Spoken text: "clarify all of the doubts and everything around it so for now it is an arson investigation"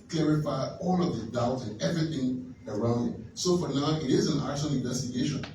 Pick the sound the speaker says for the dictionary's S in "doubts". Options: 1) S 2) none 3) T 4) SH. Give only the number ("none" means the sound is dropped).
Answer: 2